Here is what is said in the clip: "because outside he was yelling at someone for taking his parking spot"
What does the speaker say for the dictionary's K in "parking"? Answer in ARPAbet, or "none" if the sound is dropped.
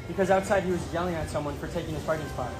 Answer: none